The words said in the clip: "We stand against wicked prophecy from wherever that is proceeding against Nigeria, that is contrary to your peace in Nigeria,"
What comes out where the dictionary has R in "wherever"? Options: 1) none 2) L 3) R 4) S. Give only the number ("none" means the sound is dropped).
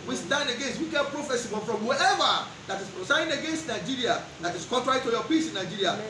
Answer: 1